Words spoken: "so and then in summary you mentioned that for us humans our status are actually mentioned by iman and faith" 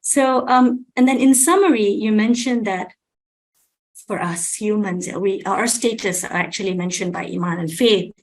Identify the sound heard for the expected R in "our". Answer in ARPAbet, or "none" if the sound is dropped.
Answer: W